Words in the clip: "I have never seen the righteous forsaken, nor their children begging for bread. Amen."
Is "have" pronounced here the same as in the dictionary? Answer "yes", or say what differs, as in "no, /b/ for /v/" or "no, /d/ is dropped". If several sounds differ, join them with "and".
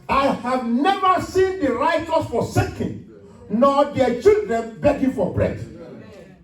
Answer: yes